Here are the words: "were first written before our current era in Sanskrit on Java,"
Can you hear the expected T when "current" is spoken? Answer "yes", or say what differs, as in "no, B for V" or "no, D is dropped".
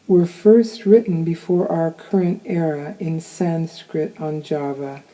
yes